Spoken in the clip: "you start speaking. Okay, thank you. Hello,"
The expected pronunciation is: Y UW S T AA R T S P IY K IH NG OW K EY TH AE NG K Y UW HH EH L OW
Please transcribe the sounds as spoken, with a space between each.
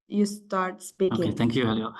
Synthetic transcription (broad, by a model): Y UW S T AA R T S P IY IH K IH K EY T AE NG K Y UW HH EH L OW